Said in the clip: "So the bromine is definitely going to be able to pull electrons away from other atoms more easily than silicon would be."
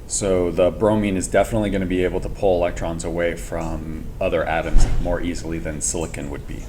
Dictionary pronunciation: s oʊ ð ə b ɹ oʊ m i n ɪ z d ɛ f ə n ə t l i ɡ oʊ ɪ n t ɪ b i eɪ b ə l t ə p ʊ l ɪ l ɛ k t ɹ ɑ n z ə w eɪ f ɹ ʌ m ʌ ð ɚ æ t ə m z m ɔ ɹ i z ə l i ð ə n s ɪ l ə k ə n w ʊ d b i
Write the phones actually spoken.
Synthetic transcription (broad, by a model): s oʊ ð ə b ɹ oʊ m i n ɪ z d ɛ f ə n ə t l i ɡ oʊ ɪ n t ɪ b i eɪ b l t ə p ʊ l ɪ l ɛ k t ɹ ɑ n z ə w eɪ f ɹ ʌ m ʌ ð ɚ æ t ə m z m ɔ ɹ i z l i ð ə n s ɪ l ə k ə n w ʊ d b i